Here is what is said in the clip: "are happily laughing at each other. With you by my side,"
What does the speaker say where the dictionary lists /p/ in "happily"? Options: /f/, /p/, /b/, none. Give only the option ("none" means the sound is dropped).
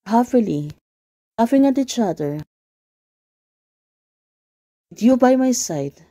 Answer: /f/